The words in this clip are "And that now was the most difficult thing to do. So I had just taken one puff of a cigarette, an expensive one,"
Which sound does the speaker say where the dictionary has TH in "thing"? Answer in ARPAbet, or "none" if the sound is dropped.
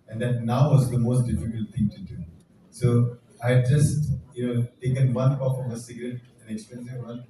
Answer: T